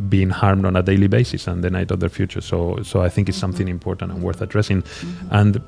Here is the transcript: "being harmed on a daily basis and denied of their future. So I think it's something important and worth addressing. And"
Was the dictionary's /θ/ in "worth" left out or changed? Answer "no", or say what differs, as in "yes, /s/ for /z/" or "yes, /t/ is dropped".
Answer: no